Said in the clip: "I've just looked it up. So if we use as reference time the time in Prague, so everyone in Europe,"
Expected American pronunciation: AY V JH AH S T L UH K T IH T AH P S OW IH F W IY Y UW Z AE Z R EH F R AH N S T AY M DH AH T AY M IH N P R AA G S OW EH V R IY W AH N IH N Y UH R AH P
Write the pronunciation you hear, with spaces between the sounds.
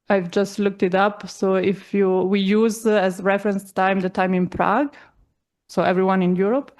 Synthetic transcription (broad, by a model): AY V JH AH S T L UH K T IH T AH P S OW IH F W IY Y UW Z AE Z R EH F R AH N S T AY M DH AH T AY M IH N P R AA G S OW EH V R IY W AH N IH N Y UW R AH P